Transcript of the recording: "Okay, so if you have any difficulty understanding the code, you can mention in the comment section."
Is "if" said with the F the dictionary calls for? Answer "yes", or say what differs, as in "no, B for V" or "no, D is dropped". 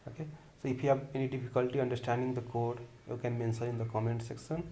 no, P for F